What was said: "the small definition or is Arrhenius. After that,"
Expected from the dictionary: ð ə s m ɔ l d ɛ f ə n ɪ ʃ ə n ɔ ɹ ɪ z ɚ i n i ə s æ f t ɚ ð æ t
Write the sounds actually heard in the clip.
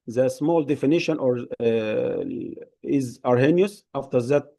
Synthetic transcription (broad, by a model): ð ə s m ɔ l d ɛ f ə n ɪ ʃ ə n ɔ ɹ ɪ z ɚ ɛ n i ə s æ f t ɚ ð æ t